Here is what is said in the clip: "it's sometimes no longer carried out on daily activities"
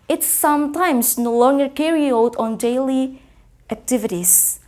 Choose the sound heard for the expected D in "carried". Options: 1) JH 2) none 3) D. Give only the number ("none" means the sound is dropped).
2